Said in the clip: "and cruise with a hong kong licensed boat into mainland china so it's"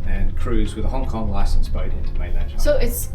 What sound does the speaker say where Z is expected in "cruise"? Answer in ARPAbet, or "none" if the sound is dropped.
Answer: Z